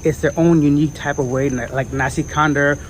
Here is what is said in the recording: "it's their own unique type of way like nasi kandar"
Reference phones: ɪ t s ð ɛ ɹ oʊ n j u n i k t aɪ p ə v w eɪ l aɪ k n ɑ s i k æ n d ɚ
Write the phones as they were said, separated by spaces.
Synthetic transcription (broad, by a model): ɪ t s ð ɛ ɹ oʊ n j u n i k t aɪ p ə v w eɪ l aɪ k n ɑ s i k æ n d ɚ